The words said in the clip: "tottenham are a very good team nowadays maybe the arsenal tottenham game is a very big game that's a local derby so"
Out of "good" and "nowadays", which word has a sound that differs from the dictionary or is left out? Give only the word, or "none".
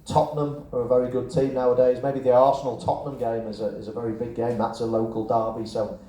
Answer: none